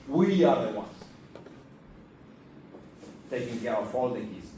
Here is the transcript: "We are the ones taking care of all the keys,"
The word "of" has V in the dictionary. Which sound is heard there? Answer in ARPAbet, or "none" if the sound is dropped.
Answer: F